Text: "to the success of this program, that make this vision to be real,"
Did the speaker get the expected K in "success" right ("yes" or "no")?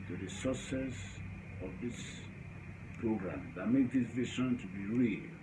no